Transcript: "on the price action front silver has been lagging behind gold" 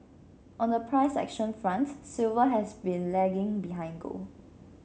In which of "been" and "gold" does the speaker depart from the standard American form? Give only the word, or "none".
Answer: gold